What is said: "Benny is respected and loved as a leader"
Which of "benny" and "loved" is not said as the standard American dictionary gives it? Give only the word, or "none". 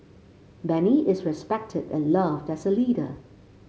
none